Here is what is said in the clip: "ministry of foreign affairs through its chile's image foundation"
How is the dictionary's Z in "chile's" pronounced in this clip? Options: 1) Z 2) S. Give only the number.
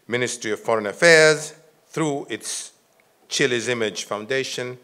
1